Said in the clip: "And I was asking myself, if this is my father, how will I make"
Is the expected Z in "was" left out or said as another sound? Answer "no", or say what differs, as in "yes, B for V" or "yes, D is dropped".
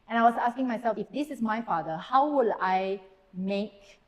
yes, S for Z